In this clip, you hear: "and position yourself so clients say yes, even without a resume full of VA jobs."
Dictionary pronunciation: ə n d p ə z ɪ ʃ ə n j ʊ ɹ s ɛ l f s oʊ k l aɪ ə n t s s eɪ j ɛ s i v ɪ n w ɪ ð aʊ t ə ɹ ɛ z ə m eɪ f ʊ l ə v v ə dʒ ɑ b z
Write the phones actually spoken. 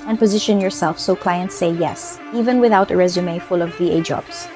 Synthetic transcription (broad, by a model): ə n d p ə z ɪ ʃ ə n j ʊ ɹ s ɛ l f s oʊ k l aɪ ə n t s s eɪ j ɛ s i v ɪ n w ɪ ð aʊ t ə ɹ ɛ z ə m eɪ f ʊ l ə v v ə dʒ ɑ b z